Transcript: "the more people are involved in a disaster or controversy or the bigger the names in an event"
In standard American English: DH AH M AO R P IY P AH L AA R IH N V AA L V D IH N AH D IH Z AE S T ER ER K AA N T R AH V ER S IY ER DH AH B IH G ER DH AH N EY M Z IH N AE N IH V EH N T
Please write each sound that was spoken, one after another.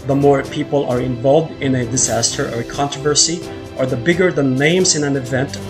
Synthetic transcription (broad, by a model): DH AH M AO R P IY P AH L AA R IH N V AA L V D IH N AH D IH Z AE S T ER ER K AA N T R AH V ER S IY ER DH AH B IH G ER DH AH N EY M S IH N AE N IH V EH N T